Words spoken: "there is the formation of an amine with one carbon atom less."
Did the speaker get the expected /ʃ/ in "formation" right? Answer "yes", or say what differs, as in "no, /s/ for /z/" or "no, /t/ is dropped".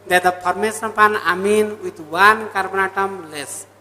no, /s/ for /ʃ/